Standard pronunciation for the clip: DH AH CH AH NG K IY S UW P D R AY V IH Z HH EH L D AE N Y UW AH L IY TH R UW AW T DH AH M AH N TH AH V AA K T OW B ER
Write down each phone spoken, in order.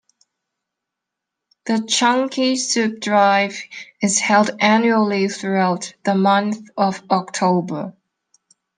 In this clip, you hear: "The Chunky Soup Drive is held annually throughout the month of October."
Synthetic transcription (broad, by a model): DH AH CH AH NG K IY S UW P D R AY V IH Z HH EH L D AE N Y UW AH L IY TH R UW AW T DH AH M AH N TH AH V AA K T OW B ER